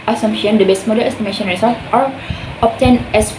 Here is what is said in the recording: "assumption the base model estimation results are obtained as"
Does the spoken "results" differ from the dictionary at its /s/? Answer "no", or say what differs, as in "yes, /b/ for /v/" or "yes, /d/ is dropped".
yes, /s/ is dropped